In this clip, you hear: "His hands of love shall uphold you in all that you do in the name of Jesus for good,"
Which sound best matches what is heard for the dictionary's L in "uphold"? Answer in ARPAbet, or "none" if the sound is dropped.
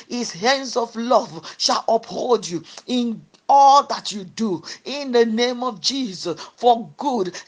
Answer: L